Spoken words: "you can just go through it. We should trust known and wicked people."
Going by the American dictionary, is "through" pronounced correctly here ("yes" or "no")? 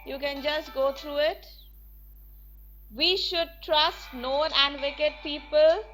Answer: no